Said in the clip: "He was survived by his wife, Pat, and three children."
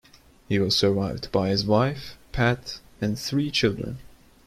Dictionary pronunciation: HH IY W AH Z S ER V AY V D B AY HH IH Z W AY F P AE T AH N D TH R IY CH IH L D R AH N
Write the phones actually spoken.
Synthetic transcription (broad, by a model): HH IY W AH Z S ER V AY V D B AY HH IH Z W AY F P AE T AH N TH R IY CH IH L D R AH N